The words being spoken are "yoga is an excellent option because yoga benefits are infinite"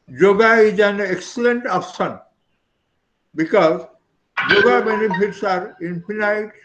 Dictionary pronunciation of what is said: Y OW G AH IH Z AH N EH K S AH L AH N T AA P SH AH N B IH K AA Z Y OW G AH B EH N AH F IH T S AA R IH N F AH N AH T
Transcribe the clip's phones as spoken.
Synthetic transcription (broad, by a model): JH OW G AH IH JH AH N EH K S AH L AH N T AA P S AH N B IH K AA Z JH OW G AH B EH N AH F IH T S AA R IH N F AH N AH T